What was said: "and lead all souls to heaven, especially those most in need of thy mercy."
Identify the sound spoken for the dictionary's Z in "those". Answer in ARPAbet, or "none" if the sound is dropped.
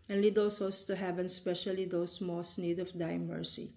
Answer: S